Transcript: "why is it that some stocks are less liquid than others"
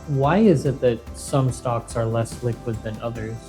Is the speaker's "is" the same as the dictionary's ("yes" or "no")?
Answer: yes